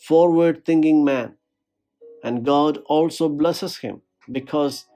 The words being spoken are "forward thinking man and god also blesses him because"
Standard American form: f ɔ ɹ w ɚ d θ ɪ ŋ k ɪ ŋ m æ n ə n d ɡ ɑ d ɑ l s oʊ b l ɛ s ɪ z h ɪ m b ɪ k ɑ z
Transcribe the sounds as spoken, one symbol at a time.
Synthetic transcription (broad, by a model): f ɔ ɹ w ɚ d t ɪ ŋ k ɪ ŋ m æ n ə n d ɡ ɑ d ɑ l s oʊ b l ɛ s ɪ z h ɪ m b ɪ k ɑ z